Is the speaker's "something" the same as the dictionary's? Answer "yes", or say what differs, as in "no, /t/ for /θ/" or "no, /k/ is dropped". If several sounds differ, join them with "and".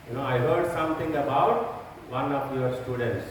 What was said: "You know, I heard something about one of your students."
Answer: no, /t/ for /θ/